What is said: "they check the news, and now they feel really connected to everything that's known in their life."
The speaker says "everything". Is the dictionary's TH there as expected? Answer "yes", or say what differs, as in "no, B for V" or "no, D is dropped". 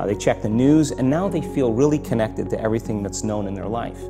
yes